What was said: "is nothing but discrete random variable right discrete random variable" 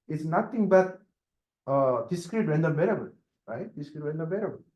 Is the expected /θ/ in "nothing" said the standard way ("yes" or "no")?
no